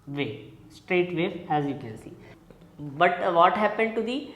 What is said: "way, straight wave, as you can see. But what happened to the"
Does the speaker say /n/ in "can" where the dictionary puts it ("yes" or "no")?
no